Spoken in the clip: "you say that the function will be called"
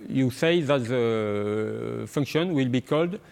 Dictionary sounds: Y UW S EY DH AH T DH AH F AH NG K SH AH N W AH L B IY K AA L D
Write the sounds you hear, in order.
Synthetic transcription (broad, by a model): Y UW S EY DH AH T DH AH F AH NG K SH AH N W AH L B IY K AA L D